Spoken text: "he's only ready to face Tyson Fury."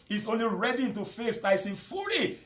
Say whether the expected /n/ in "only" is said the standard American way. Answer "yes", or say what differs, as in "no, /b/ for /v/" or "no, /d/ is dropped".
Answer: yes